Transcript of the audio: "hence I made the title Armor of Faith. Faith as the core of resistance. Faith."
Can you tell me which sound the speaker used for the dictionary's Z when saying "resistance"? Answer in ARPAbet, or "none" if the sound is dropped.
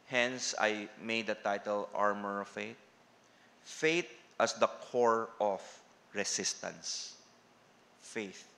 S